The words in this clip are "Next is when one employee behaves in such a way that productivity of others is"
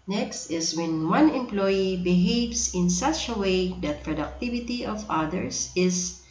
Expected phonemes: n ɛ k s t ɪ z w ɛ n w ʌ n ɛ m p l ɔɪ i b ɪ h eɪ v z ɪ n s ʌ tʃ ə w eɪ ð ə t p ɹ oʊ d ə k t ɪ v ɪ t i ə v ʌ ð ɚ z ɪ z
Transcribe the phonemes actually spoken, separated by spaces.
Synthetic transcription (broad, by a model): n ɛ k s t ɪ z w ɛ n w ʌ n ɛ m p l ɔɪ i b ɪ h eɪ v s ɪ n s ʌ tʃ ə w eɪ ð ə t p ɹ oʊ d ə k t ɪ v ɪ t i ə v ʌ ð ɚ s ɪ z